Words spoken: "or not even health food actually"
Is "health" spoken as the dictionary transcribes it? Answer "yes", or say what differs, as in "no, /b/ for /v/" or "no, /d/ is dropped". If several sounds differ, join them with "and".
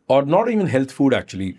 no, /t/ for /θ/